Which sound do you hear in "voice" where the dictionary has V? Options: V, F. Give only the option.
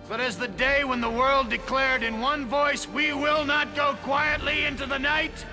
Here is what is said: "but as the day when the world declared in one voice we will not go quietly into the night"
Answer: V